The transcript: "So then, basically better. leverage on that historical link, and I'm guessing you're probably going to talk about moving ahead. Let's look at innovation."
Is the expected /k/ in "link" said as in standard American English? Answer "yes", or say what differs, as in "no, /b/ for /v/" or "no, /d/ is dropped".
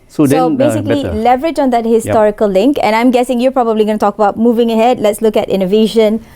yes